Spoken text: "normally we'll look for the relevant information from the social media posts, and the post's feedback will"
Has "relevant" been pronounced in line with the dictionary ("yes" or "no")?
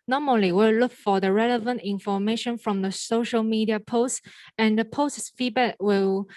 yes